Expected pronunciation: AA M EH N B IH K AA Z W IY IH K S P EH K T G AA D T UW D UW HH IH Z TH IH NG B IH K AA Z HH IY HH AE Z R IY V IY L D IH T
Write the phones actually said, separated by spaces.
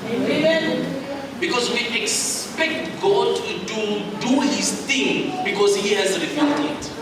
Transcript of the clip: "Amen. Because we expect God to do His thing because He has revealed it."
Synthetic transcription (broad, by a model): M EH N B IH K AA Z W IY IH K S P EH K T G AA D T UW D UW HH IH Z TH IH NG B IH K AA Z HH IY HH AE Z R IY F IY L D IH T